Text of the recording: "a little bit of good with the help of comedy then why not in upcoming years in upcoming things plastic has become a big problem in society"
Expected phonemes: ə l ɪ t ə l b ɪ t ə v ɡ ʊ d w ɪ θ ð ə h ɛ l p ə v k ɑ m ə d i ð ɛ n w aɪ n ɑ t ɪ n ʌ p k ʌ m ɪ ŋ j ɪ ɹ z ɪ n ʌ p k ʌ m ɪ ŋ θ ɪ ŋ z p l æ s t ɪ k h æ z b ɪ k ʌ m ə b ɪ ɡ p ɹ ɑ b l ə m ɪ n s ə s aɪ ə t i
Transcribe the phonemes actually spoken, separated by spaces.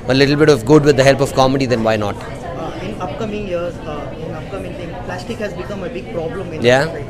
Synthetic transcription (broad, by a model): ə l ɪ t l b ɪ t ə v ɡ ʊ d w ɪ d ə h ɛ l p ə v k ɑ m ə d i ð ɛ n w aɪ n ɑ t ɪ n ʌ p k ʌ m ɪ ŋ j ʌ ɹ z ɪ n ʌ p k ʌ m ɪ ŋ t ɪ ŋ p l æ s t ɪ k h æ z b ɪ k ʌ m ə b ɪ ɡ p ɹ ɑ b l ə m ɪ n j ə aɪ